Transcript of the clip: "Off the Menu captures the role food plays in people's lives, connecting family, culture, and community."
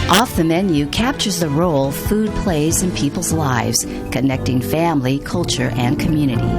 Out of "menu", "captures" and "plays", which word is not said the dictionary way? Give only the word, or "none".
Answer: none